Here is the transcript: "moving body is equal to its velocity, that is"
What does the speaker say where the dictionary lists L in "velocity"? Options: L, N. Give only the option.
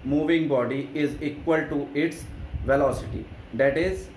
L